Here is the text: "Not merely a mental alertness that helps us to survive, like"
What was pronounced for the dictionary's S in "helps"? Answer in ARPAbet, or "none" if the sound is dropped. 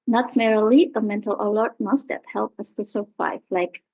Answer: none